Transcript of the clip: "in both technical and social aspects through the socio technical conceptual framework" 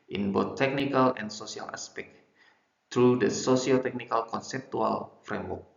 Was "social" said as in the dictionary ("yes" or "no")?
no